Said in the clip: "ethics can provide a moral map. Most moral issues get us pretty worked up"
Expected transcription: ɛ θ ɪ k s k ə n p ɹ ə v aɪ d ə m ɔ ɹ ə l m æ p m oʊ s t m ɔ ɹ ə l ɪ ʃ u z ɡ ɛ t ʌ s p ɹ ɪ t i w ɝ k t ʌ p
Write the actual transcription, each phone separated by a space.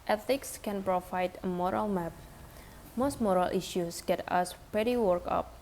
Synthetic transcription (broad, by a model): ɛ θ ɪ k s k ə n p ɹ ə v aɪ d ə m ɔ ɹ ə l m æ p m oʊ s t m ɔ ɹ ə l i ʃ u s ɡ ɛ t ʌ s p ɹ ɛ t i w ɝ k ʌ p